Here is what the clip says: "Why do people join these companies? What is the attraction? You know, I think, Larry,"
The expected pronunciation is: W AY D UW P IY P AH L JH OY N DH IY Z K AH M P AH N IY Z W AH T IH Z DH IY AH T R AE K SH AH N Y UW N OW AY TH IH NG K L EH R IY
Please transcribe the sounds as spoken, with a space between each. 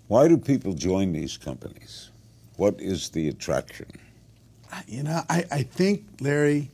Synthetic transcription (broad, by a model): W AY D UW P IY P L JH OY N DH IY Z K AH M P AH N IY Z W AH T IH Z DH IY AH T R AE K SH AH N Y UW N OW AY TH IH NG K L EH R IY